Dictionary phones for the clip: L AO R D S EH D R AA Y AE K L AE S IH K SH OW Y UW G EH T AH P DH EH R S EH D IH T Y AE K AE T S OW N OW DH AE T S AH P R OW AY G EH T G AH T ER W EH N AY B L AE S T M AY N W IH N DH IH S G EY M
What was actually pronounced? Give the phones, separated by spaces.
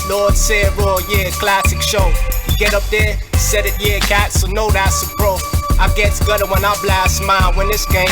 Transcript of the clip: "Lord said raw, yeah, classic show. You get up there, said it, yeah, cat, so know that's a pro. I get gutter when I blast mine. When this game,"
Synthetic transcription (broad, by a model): L AO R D S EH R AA Y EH K L AE S IH K SH OW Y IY G EH T AH P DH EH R S EH D IH T Y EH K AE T S OW N OW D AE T S AH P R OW AY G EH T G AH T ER W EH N AY B L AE S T M AY L W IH N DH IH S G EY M